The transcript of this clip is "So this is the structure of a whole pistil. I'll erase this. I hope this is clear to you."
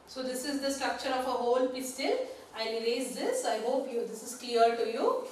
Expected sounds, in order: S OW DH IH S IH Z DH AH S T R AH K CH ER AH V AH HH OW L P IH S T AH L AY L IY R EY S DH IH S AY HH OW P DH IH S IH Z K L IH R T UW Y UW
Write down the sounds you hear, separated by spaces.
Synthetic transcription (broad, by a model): S OW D IH S IH Z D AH S T R AH K CH ER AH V AH HH OW L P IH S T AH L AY N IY R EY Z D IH S AY HH OW P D IH S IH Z K L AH R T UW Y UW